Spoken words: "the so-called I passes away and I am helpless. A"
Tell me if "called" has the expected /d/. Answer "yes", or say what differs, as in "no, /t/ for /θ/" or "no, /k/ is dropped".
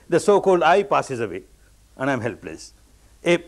yes